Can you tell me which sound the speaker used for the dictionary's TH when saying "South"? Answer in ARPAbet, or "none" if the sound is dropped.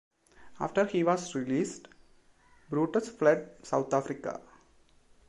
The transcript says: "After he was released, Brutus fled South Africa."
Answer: T